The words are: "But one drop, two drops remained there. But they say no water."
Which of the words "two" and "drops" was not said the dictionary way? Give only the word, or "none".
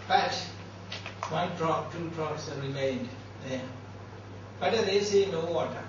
drops